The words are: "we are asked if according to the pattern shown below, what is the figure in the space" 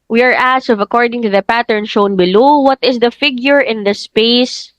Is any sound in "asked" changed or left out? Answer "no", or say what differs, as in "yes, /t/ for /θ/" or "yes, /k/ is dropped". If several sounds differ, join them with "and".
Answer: yes, /t/ is dropped